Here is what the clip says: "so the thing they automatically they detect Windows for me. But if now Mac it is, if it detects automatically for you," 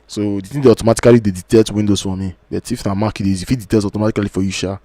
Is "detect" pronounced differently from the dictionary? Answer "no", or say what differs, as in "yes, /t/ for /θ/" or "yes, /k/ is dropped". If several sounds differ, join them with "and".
yes, /k/ is dropped